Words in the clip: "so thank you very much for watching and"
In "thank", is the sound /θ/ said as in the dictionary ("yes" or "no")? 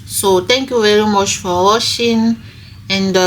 no